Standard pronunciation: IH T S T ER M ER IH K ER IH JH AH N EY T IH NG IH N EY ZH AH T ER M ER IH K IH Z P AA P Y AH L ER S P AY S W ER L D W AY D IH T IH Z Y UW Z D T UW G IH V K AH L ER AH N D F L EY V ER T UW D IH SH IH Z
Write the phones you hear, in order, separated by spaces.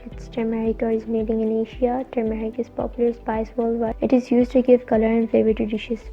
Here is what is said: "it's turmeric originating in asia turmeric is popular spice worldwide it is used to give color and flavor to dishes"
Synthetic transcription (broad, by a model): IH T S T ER M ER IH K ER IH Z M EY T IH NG IH N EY SH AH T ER M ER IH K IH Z P AA P Y AH L ER S P AY S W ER L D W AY IH T IH Z Y UW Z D T UW G IH V K AH L ER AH N F L EY V ER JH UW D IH SH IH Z